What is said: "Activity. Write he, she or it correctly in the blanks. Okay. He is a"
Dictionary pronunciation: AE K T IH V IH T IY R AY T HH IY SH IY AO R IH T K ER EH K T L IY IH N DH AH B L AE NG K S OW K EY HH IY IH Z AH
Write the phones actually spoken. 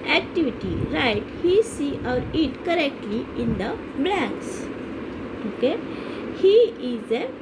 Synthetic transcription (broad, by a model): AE K T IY V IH T IY R AY T HH IY S IY AO R IH T K ER EH K T L IY IH N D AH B L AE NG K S OW K EY HH IY IH Z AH